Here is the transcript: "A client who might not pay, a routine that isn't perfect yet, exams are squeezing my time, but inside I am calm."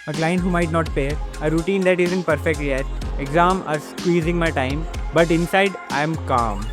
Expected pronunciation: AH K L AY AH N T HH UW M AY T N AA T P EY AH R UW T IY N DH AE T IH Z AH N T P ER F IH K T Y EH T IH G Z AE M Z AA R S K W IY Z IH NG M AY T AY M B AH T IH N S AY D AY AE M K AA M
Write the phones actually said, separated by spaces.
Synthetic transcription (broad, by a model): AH K L AY AH N T HH UW M AY T N AA T F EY AH R UW T IY N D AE T IH Z AH N T P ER F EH K T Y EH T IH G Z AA M AA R S K W IY Z IH NG M AY T AY M B AH T IH N S AY D AY M K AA M